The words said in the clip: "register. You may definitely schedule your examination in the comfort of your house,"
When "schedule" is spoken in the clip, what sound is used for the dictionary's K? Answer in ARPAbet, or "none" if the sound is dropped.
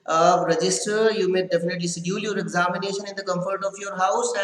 none